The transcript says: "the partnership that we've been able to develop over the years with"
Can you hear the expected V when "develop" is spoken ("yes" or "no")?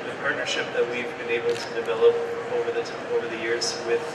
yes